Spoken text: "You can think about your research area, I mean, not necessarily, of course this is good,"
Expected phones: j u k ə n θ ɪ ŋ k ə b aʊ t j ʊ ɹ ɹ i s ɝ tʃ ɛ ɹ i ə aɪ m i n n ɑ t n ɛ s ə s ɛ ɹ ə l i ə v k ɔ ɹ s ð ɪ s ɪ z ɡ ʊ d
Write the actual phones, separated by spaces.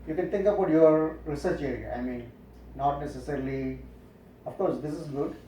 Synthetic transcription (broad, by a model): j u k ə n t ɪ ŋ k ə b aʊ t j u ɹ ɹ i s ɝ tʃ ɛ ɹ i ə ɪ m i n n ɑ t n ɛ s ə s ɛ ɹ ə l i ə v k ɔ ɹ s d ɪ s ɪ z ɡ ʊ d